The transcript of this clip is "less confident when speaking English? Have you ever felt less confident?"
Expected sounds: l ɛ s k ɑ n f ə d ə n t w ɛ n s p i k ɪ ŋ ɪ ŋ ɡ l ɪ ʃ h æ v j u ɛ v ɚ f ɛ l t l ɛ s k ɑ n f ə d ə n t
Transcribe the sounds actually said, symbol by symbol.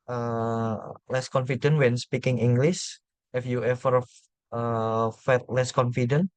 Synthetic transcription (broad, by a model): l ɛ s k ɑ n f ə d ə n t w ɛ n s p i k ɪ ŋ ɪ ŋ ɡ l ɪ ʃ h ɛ f j u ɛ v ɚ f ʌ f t l ɛ s k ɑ n f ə d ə n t